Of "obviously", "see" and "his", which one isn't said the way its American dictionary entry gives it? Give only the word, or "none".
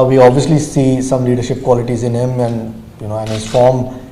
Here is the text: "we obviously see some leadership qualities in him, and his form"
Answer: none